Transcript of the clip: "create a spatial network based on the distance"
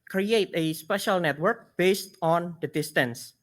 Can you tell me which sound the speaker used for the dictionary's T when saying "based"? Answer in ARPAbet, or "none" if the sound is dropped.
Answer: T